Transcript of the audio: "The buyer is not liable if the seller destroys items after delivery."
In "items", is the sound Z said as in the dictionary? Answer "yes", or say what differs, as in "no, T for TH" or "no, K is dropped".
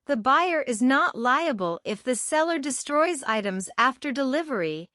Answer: yes